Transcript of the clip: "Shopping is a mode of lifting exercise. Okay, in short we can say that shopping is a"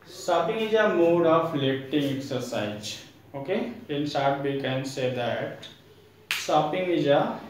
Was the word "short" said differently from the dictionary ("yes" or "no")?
yes